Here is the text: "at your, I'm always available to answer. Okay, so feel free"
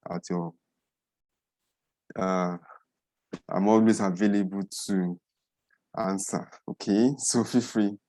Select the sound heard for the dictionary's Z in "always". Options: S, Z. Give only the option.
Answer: S